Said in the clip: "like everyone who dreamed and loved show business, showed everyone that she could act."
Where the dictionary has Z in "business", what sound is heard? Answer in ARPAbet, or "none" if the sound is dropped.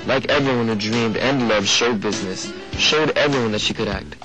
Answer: Z